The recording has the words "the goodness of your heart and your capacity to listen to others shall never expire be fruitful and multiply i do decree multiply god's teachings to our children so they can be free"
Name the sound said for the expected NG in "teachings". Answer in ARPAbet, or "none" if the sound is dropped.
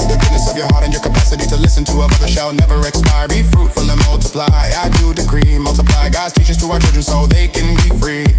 none